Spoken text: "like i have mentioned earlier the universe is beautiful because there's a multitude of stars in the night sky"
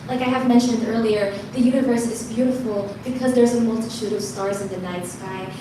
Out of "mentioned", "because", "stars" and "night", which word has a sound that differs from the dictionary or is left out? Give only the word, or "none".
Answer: none